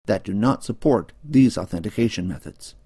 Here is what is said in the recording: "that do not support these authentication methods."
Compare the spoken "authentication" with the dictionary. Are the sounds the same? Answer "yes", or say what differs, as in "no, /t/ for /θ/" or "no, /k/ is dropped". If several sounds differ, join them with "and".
yes